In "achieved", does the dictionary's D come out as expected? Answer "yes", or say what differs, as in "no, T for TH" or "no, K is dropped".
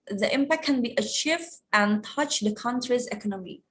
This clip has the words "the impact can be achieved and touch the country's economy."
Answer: no, D is dropped